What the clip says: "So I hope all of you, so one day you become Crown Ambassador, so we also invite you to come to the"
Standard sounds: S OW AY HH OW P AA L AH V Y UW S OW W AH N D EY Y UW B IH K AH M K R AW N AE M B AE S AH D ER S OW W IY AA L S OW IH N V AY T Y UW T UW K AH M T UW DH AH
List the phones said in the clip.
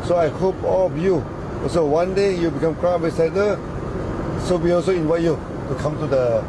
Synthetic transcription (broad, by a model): S OW AY HH OW P AA L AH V Y UW S OW W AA N D EY Y UW B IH K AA M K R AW AE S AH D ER S OW W IY AA L S OW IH N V AY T Y UW T UW K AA M T UW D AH